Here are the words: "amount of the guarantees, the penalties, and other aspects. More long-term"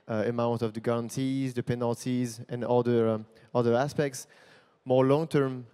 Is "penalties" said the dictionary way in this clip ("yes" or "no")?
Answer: yes